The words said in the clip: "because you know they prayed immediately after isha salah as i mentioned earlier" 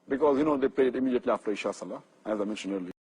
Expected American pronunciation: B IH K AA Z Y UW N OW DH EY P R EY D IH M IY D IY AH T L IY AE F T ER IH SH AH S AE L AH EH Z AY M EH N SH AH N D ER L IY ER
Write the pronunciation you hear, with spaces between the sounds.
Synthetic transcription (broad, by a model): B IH K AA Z Y UW N OW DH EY P L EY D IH M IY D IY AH T L IY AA F T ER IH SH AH S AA L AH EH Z AY M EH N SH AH N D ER L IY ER